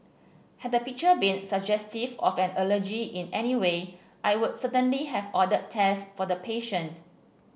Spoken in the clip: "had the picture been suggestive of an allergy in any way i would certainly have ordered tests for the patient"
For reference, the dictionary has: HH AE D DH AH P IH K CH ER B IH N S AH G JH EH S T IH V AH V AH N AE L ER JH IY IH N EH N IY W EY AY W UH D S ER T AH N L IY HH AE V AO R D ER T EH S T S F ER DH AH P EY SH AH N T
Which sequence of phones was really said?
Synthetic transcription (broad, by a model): HH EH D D AH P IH K CH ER B IH N S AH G JH EH S T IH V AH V AH N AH L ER JH IY IH N EH N IY W EY AY W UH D S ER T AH N L IY HH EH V AO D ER T EH S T F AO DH AH P EY SH AH N T